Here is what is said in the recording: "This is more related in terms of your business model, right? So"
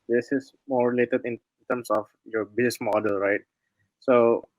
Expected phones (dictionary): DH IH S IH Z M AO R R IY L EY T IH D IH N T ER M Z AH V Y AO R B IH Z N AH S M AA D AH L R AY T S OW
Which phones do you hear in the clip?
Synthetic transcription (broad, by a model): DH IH S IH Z M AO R R IY L EY T IH D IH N T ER M S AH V Y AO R B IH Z AH S M AA D AH L R AY T S OW